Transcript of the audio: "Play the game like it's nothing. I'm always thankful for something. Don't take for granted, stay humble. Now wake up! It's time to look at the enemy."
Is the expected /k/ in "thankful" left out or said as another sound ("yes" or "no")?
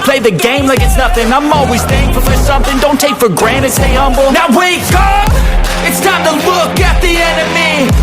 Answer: yes